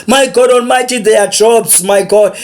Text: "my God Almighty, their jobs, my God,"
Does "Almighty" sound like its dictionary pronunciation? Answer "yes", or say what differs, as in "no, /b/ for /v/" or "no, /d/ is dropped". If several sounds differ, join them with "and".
no, /n/ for /l/